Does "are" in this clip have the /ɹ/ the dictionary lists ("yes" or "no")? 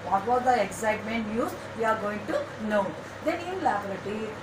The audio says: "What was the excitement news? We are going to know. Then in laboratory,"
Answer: yes